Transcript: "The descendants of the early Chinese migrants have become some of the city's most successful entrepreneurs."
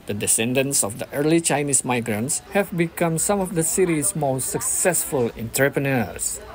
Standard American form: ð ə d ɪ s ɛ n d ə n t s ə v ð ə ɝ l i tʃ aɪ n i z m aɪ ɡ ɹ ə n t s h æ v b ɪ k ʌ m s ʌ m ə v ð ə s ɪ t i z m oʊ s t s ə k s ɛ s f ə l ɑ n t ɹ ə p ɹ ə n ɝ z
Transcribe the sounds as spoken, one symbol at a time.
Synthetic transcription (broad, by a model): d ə d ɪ s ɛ n d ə n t s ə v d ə ɝ l i tʃ aɪ n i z m aɪ ɡ ɹ ə n t s h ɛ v b ɪ k ʌ m s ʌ m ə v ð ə s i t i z m oʊ s t s ə k s ɛ s f ə l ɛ n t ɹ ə p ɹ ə n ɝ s